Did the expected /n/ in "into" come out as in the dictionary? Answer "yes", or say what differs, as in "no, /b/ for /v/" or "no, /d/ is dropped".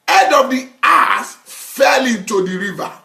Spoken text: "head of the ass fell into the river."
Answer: yes